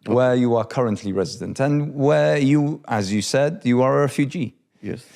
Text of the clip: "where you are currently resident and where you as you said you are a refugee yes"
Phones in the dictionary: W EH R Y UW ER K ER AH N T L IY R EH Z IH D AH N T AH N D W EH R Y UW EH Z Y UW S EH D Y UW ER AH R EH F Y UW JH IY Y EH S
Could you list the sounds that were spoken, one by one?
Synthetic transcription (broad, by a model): W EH Y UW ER K ER AH N T L IY R EH Z IH D AH N T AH N W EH Y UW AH Z Y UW S EH D Y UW ER AH R EH F Y UW JH IY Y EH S